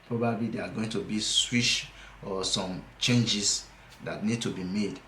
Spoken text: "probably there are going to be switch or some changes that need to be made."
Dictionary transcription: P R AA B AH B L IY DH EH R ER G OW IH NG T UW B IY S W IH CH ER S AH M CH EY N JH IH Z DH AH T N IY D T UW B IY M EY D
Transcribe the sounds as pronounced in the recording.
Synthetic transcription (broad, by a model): P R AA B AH B L IY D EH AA G OW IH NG T UW B IY S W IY SH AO S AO M CH EY N JH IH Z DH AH T N IY D T UW B IY M EY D